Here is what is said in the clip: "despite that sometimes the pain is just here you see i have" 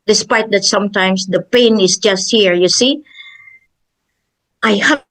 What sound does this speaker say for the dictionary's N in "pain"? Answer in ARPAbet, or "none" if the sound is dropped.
N